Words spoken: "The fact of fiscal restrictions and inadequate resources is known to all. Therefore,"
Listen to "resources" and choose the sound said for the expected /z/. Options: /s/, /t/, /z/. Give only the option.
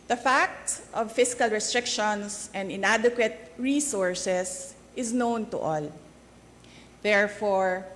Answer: /s/